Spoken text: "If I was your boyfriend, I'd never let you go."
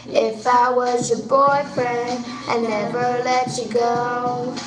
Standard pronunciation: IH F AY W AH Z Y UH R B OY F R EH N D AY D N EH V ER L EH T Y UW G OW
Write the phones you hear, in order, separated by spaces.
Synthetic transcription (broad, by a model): IH F AY W AH Z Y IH B OY F R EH N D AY N EH V ER L EH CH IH G OW